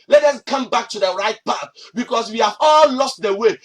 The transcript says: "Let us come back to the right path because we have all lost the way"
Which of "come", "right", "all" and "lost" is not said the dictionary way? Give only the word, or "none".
none